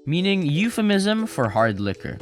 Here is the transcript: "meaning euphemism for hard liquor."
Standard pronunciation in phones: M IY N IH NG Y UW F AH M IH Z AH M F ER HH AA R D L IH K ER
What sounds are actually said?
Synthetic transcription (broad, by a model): M IY N IH NG Y UW F AH M IH Z AH M F ER HH AA R D L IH K ER